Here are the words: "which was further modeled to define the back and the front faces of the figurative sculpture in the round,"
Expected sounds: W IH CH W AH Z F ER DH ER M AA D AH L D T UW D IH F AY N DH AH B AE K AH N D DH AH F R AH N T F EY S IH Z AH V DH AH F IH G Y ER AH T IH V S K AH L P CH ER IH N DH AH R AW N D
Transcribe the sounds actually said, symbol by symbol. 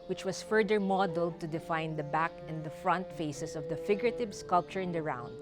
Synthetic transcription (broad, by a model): W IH CH W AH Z F ER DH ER M AA D AH L D T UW D IH F AY N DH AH B AE K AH N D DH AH F R AH N T F EY S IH S AH V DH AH F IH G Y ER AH T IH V S K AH L P CH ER IH N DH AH R AW N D